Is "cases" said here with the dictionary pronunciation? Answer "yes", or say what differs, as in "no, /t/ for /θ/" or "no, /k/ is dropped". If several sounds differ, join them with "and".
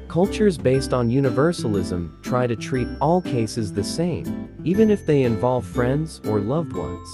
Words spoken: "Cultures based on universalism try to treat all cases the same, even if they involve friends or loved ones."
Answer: yes